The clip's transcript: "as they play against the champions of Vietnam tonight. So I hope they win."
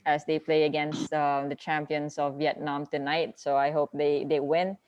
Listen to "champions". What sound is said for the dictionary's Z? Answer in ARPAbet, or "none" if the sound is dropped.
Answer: S